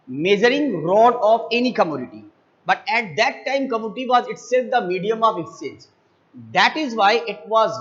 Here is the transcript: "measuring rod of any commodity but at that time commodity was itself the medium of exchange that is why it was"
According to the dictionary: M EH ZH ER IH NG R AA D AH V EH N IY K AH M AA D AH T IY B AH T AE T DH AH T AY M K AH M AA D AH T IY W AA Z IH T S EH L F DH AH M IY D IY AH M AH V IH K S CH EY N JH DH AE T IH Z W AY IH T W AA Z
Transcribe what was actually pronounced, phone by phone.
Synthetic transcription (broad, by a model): M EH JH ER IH NG R AA D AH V EH N IY K AH M AA D AH T IY B AH T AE T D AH T AY M K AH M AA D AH T IY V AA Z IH T S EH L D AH M IY D IY AH M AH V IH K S EY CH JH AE T IH Z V AY IH T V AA Z